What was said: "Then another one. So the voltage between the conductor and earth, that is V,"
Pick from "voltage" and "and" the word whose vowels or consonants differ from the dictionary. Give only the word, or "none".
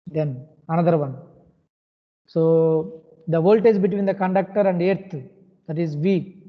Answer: voltage